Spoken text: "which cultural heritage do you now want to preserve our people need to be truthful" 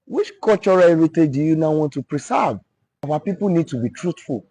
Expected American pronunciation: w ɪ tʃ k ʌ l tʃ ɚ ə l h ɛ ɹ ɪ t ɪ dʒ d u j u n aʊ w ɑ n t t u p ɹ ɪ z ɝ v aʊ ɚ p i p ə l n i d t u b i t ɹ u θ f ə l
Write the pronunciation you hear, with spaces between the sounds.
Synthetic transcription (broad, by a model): w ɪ tʃ k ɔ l tʃ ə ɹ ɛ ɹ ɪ t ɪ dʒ d u j u n aʊ w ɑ n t t u p ɹ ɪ s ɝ v aʊ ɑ p i p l n i d t u b i t ɹ u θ f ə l